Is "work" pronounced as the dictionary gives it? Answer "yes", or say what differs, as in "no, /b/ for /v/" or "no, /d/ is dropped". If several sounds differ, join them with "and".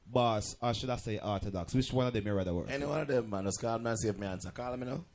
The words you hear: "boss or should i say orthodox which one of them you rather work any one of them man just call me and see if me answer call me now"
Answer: no, /k/ is dropped